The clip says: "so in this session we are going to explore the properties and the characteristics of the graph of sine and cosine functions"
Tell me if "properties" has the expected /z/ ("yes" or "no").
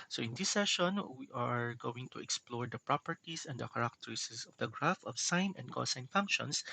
no